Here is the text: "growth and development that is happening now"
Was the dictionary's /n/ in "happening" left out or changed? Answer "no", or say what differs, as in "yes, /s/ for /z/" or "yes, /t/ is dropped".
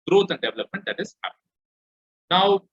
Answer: yes, /n/ is dropped